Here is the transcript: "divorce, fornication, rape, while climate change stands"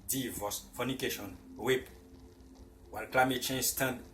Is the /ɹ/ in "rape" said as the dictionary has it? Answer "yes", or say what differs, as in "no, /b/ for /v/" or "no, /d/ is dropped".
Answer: no, /w/ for /ɹ/